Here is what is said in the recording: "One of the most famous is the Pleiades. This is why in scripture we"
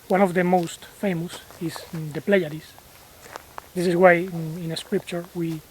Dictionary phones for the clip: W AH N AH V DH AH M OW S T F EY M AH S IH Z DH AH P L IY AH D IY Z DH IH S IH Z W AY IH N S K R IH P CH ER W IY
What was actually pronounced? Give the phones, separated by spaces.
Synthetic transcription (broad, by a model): W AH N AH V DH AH M OW S T F EY M AH S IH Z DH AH P L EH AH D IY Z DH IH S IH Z W AY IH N S K R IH P CH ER W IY